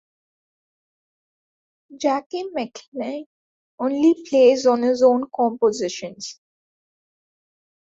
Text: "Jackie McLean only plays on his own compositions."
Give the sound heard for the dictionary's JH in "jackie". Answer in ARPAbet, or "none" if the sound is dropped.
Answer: JH